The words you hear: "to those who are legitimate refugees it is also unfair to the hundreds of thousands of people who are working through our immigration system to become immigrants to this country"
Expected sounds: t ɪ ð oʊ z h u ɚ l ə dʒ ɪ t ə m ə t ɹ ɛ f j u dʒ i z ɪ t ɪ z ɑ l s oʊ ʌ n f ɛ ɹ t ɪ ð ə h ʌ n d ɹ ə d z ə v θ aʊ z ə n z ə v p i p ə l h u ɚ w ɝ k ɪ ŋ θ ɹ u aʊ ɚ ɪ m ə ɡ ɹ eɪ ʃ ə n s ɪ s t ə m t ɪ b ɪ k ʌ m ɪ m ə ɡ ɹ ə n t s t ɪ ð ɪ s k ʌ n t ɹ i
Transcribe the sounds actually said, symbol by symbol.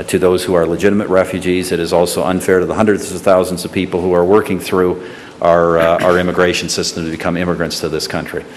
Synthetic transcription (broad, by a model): t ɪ ð oʊ z h u ɚ l ə dʒ ɪ t ə m ə t ɹ ɛ f j u dʒ i z ɪ t ɪ z ɑ l s oʊ ʌ n f ɛ ɹ t ɪ ð ə h ʌ n d ɹ ə d z ə v θ aʊ z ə n z ə v p i p l h u ɚ w ɝ k ɪ ŋ θ ɹ u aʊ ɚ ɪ m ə ɡ ɹ eɪ ʃ n s ɪ s t ə m t ɪ b ɪ k ʌ m ɪ m ə ɡ ɹ ə n t s t ɪ ð ɪ s k ʌ n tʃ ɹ i